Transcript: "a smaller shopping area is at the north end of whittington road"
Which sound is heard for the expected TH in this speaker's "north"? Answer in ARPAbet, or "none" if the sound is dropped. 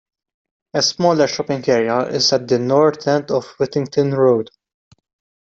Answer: T